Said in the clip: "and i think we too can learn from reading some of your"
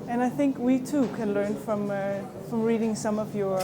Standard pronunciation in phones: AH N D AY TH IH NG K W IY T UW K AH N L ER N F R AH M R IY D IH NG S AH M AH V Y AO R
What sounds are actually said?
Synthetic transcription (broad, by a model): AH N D AY TH IH NG K W IY T UW K AH N L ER N F R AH M R IY D IH NG S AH M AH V Y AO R